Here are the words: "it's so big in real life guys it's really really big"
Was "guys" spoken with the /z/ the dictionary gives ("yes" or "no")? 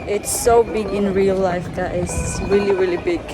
no